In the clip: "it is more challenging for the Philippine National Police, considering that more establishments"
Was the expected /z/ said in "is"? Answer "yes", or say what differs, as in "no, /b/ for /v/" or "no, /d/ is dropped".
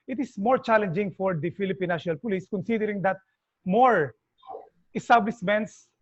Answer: no, /s/ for /z/